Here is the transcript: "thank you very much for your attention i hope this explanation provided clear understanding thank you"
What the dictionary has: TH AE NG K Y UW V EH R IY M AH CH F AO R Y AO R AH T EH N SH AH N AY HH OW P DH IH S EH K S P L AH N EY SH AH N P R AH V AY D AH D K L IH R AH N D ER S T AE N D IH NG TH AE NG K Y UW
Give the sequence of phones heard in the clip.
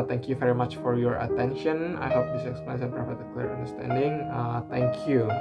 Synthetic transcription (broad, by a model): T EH NG K Y UW V EH R IY M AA CH F AO R Y AO R AH T EH N SH AH N AY HH OW P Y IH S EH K S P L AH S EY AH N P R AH P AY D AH K L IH R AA N D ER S T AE N D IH NG T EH NG K Y UW